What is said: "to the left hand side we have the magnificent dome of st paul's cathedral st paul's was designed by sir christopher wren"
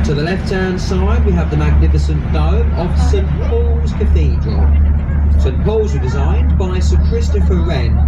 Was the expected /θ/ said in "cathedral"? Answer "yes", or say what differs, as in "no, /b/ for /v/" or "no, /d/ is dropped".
yes